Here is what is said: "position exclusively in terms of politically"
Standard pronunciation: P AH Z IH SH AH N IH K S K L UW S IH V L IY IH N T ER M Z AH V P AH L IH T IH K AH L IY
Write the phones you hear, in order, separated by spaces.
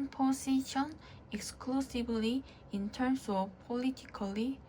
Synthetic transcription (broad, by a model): P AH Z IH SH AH N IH K S K L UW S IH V L IY IH N T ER M S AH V P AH L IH T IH K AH L IY